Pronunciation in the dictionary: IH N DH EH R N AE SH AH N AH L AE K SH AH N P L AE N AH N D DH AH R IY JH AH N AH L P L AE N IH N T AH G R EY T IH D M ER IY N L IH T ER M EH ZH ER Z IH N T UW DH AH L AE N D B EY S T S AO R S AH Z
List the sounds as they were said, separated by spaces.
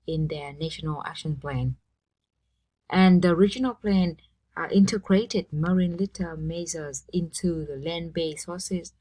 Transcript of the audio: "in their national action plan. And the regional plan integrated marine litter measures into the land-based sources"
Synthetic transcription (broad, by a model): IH N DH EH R N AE SH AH N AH L AE K SH AH N P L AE N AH N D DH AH R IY JH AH N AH L P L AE N IH N T AH G R EY T IH D M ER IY N L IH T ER M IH Z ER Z IH N T UW DH AH L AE N B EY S S AO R S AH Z